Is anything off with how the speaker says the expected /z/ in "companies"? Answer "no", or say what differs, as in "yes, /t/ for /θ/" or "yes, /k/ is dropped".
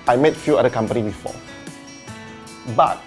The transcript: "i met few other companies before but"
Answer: yes, /z/ is dropped